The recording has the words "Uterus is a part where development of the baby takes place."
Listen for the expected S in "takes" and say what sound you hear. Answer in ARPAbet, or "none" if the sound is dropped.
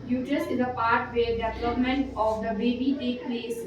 none